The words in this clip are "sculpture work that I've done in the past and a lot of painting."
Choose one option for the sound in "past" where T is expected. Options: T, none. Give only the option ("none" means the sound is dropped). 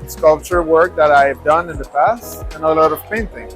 T